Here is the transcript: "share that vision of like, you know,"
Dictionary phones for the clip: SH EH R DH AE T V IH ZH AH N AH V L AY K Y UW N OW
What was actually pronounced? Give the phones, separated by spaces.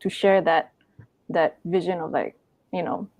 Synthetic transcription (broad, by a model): SH EH R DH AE T V IH ZH AH N AH V L AY K Y UW N OW